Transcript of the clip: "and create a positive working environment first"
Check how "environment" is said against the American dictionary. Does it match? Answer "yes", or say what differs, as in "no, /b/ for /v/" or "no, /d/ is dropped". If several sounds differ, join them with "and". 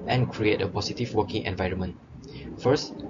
yes